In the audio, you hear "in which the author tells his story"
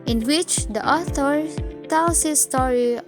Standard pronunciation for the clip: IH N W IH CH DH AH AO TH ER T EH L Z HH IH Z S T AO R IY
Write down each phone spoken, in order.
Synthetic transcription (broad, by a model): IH N W IH CH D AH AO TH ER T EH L S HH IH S T AO R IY